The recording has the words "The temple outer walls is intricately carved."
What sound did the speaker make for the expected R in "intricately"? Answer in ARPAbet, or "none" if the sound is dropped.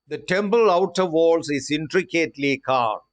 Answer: R